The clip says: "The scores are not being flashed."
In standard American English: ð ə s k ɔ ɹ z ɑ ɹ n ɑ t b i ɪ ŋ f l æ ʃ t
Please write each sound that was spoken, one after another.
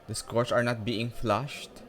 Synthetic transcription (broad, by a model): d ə s k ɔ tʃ ɑ ɹ n ɑ t b i ɪ ŋ f l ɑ ʃ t